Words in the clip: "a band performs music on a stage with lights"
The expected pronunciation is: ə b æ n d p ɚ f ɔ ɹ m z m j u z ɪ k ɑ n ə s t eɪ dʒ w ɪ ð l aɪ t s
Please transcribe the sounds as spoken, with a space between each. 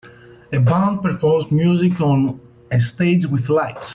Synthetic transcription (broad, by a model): ə b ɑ n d p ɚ p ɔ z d m j u z ɪ k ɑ n ə s t eɪ dʒ w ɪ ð l aɪ t s